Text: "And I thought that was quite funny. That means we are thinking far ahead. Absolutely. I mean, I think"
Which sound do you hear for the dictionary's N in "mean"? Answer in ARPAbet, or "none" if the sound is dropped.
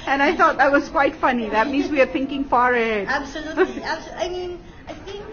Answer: N